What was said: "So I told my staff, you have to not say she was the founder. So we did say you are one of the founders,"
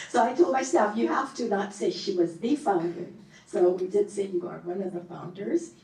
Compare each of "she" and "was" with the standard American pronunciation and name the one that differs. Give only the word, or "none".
none